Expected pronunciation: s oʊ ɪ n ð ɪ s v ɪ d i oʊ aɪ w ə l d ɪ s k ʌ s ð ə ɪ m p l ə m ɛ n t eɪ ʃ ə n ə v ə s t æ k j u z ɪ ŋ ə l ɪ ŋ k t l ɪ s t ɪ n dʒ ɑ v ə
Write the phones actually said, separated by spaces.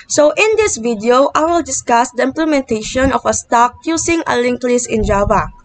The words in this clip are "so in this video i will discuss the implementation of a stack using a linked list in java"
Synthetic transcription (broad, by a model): s oʊ ɪ n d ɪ s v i d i oʊ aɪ w ə l d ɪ s k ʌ s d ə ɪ m p l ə m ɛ n t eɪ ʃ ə n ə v ə s t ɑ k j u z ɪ ŋ ə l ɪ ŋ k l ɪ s ɪ n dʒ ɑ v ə